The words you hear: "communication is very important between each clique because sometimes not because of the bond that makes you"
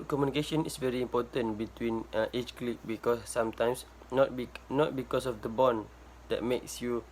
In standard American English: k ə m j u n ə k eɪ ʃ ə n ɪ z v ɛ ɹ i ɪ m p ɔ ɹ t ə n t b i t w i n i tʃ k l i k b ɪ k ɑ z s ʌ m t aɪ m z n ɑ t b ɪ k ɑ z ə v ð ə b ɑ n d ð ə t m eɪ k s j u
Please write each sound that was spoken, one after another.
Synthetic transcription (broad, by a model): k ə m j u n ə k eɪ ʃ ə n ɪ s v ɛ ɹ i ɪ m p ɔ t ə n b i t w i n i tʃ k l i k b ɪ k ɑ s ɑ m t aɪ m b n ɑ t b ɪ k ɑ s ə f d ə b ɑ n d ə t m eɪ k s j u